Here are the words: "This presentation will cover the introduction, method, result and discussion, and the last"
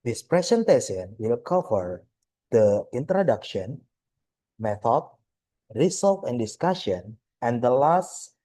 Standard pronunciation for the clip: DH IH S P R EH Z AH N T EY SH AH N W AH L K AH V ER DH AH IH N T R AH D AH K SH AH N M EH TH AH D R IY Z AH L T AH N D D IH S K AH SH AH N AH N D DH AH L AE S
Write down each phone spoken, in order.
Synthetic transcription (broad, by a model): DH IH S P R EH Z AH N T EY S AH N W AH L K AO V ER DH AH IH N T R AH D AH K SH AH N M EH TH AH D R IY S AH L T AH N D D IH S K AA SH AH N AH N D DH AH L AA S